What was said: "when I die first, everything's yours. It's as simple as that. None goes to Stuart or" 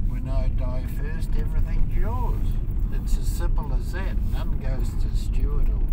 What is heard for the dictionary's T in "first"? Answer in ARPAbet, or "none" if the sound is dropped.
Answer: T